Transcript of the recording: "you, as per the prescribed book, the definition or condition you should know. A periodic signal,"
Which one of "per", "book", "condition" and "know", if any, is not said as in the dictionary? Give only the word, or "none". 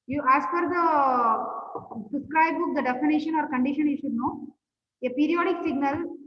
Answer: per